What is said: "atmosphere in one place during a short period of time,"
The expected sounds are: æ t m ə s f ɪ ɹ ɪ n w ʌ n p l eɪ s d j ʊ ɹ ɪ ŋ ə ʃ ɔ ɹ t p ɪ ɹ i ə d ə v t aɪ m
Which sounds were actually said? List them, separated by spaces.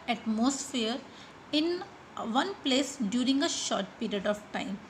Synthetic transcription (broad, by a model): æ t m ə s f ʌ ɹ ɪ n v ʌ n p l eɪ s d j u ɹ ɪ ŋ ə ʃ ɔ ɹ t p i ɹ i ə d ə v t aɪ m